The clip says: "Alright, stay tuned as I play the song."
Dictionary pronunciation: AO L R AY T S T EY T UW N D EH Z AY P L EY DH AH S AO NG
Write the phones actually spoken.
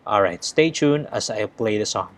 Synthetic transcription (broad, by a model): AO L R AY T S T EY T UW N EH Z AY P L EY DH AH S AO NG